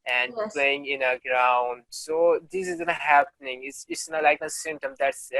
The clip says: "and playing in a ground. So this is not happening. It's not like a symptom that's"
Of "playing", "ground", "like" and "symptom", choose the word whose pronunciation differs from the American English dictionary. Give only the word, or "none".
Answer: symptom